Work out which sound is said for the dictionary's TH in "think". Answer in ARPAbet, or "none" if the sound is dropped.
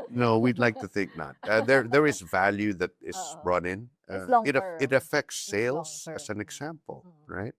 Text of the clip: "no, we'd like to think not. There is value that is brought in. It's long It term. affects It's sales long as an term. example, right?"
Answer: TH